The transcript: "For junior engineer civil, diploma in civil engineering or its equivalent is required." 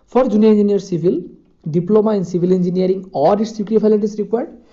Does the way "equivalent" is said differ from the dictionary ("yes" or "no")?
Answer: yes